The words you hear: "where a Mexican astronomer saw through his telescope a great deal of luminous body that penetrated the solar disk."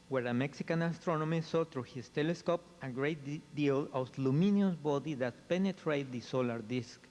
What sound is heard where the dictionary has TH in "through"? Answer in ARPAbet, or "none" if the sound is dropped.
T